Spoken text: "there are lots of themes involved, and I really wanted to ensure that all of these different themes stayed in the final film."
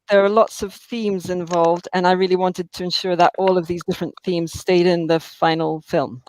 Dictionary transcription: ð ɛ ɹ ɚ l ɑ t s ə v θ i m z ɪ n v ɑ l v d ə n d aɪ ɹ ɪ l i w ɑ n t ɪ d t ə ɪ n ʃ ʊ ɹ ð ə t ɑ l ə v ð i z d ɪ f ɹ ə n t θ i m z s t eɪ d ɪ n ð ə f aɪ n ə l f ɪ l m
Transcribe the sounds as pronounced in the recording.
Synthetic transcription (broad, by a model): ð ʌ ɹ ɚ l ɑ t s ə v θ i m z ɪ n v ɑ l v d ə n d aɪ ɹ ɪ l i w ɑ n t ɪ d t ə ɪ n ʃ ʊ ɹ ð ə t ɑ l ə v ð i z d ɪ f ɹ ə n θ i m z s t eɪ d ɪ n ð ə f aɪ n l f ɪ l m